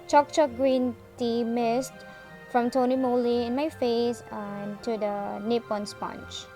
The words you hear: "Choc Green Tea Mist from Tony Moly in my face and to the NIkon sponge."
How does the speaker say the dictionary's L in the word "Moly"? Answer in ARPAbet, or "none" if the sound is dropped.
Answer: L